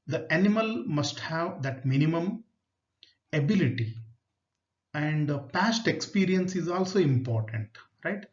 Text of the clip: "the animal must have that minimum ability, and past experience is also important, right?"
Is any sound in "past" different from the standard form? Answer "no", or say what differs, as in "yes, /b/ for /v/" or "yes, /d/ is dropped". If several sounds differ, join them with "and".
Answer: no